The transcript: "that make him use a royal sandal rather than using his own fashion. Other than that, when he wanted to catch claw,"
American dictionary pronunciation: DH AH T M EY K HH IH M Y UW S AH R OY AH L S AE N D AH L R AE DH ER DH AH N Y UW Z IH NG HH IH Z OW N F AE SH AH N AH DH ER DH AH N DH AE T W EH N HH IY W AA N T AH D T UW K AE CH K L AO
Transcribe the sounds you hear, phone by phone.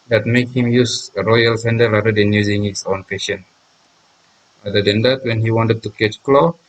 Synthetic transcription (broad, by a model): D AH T M EY K HH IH M Y UW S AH R OY AH L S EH N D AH R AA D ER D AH N Y UW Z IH NG HH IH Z OW N P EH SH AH N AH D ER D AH N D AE T W EH N HH IY W AA N T AH D T UW K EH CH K L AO